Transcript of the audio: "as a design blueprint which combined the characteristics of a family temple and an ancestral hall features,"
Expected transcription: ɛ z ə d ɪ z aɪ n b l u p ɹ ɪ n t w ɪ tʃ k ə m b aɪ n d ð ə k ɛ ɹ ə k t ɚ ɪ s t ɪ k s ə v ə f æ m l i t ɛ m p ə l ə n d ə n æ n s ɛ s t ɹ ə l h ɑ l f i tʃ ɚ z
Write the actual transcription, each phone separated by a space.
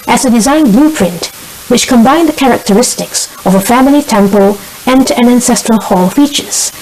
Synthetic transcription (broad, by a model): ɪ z ə d ɪ z aɪ n b l u p ɹ ɪ n t w ɪ tʃ k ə m b aɪ n ð ə k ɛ ɹ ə k t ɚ ɪ s t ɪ k s ə v ə f æ m l i t ɛ m p ə l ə n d ə n æ n s ɛ s t ɹ ə l h ɑ l f i tʃ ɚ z